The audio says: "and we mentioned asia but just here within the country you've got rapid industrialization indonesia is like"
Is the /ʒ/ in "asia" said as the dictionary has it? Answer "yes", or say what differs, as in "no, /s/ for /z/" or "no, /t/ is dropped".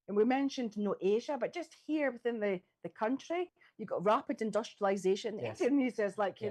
yes